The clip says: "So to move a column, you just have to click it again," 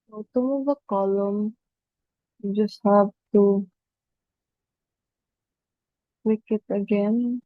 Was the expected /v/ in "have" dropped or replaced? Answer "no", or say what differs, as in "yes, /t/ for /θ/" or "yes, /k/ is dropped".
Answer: yes, /b/ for /v/